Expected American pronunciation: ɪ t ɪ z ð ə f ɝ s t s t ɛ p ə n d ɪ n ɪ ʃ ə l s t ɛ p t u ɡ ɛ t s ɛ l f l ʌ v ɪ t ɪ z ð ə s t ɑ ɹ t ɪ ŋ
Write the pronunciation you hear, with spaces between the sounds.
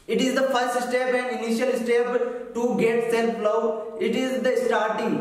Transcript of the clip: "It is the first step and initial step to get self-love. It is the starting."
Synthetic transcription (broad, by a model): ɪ t ɪ z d ə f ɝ s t s t ɛ p ə n d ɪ n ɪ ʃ ə l s t ɛ p t u ɡ ɛ t s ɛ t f l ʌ ɪ t ɪ z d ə s t ɑ ɹ t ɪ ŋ